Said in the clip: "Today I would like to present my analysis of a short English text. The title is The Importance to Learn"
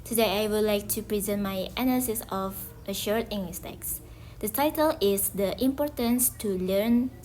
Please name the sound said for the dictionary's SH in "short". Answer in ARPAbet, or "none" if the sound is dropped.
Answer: SH